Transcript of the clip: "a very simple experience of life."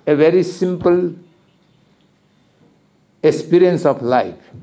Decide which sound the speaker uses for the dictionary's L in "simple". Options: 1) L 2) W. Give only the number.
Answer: 1